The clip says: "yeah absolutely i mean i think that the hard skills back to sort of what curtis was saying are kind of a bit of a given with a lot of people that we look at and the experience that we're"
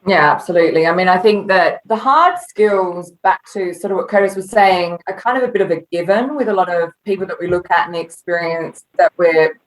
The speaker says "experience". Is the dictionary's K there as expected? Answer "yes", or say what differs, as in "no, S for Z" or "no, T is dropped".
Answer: yes